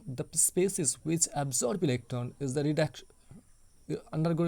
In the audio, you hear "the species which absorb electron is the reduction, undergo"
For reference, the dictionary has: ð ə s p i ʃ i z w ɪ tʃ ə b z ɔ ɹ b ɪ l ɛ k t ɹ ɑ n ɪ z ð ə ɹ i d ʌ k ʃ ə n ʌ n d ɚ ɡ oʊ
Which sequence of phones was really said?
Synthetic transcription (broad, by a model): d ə s p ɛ s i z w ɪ tʃ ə b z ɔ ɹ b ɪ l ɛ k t ɑ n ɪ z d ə ɹ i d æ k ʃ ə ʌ n d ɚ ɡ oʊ